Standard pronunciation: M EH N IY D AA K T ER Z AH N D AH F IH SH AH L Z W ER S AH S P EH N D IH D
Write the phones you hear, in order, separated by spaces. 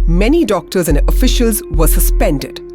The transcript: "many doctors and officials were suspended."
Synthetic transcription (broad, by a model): M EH N IY D AA K T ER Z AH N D AH F IH SH AH L Z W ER S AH S P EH N D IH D